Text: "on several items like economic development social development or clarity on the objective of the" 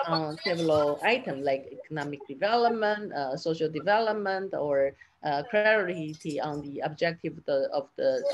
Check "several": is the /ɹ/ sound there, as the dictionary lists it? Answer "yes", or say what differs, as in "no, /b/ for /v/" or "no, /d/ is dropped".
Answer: no, /ɹ/ is dropped